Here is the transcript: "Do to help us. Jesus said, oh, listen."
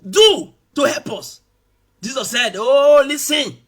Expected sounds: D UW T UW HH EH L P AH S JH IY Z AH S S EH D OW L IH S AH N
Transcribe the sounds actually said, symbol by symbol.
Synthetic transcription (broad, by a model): D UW T UW HH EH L P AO S JH IY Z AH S S EH D OW L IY S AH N